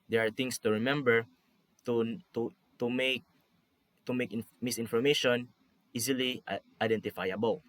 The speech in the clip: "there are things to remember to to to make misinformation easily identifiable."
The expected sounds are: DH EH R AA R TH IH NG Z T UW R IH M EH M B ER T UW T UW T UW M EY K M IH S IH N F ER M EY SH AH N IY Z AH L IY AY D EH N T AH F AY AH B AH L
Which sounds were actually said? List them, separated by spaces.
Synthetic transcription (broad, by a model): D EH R AA R T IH NG S T UW R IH M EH M B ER T UW T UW T UW M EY K M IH S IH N F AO M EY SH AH N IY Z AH L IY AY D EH N T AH F AY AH B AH L